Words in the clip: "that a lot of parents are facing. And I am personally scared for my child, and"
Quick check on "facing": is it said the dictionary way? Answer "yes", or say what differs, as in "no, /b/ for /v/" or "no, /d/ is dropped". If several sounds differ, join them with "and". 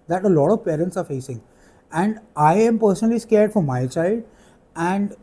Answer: yes